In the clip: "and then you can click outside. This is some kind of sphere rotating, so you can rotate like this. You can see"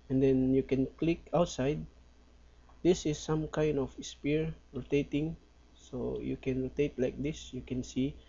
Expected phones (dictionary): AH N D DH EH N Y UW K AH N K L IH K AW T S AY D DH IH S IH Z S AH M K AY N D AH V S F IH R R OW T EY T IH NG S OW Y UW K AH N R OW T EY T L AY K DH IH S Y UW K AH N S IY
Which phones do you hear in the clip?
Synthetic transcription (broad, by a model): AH N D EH N Y UW K AH N K L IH K AW T S AY D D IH S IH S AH M K AY N D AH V S P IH R R OW T EY T IH NG S OW Y UW K AH N R OW T EY T L AY K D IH S Y UW K AH N S IY